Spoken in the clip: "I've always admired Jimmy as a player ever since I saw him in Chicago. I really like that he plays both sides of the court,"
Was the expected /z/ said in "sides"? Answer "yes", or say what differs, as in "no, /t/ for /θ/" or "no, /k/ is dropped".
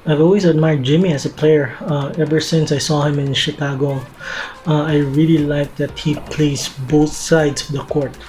no, /s/ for /z/